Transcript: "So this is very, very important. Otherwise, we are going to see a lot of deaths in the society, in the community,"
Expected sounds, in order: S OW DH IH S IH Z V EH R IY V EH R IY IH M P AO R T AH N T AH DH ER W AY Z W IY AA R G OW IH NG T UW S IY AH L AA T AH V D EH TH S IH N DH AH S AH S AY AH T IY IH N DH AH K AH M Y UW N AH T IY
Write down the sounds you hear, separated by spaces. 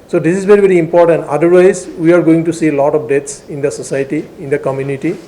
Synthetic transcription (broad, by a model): S OW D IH S IH Z V EH R IY V EH R IY IH M P AO R T AH N T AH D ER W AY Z W IY AA R G OW IH NG T UW S IY L AA T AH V D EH T S IH N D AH S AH S AY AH T IY IH N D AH K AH M Y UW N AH T IY